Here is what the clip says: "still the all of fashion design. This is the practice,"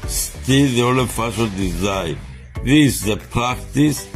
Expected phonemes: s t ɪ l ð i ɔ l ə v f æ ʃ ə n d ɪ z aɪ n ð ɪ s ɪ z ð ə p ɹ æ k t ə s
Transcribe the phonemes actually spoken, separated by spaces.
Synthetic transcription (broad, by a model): s t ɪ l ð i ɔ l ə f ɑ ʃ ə l d ɪ z aɪ n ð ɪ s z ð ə p ɹ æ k t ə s